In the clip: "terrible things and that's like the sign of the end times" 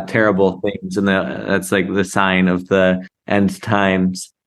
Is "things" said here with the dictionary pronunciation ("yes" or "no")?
yes